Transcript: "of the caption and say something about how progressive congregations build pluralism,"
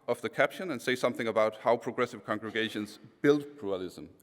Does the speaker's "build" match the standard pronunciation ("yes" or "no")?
yes